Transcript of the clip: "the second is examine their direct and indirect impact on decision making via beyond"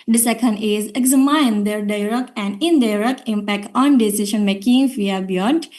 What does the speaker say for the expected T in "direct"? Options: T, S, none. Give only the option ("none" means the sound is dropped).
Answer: none